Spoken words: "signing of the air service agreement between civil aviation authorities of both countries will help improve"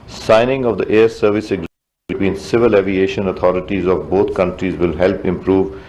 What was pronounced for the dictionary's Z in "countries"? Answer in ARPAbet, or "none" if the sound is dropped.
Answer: Z